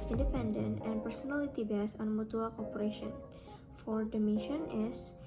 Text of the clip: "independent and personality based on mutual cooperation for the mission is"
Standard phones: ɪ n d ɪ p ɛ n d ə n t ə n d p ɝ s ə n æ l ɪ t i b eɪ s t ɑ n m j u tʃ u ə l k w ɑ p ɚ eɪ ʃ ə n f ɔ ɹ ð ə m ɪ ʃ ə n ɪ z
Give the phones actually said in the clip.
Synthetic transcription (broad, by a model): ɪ n d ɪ p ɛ n d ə n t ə n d p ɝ s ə n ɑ l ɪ t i b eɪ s ɑ n m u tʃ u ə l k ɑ p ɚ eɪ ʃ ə n f ɔ ɹ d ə m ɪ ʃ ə n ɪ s